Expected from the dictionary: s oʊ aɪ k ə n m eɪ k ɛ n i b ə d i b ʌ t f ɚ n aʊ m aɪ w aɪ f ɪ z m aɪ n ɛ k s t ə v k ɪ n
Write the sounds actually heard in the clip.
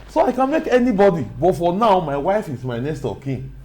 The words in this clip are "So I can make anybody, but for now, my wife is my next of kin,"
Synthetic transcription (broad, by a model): s oʊ aɪ k ə n m eɪ k ɛ n i b ə d i b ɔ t f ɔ n aʊ m aɪ w aɪ f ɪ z m aɪ n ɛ s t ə k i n